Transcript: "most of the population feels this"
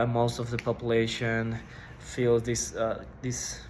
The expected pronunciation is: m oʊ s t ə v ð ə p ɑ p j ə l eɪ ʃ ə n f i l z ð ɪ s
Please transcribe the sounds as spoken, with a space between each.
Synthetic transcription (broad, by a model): m oʊ s t ə v ð ə p ɑ p j ə l eɪ ʃ ə n f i l s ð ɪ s